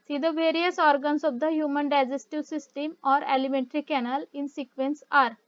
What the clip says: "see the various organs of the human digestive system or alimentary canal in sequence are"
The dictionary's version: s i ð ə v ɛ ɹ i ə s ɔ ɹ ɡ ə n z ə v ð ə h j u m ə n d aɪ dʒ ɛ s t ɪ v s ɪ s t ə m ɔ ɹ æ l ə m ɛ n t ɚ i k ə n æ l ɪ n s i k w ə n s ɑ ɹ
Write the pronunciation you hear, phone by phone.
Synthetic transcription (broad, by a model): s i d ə v ɛ ɹ i ə s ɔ ɹ ɡ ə n s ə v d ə h j u m ə n d aɪ dʒ ɛ s t ɪ v s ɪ s t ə m ɔ ɹ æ l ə m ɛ n t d i k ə n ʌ l ɪ n s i k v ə n s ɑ ɹ